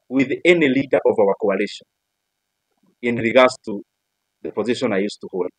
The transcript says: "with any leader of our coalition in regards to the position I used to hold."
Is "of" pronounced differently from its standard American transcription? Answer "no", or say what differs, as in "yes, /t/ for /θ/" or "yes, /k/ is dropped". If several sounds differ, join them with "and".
no